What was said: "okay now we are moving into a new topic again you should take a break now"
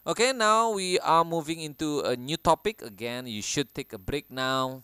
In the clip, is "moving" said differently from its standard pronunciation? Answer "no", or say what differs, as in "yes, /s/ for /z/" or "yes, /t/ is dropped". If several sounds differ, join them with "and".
no